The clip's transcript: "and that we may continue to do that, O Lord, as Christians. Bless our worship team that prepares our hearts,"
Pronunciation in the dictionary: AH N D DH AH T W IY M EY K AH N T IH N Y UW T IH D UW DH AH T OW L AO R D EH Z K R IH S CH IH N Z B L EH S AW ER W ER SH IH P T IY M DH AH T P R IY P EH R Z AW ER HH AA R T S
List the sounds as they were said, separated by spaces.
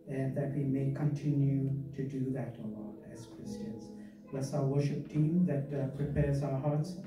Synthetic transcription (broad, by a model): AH N DH AH T W IY M EY K AH N T IH N Y UW T IH D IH DH AH T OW L AO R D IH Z K R IH S CH IH N Z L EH S AW ER W ER SH IH P T IY M DH AH T P R IY P EH R Z AW ER HH AA R T S